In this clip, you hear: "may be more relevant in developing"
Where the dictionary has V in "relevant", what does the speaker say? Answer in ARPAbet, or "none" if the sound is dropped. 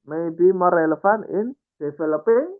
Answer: F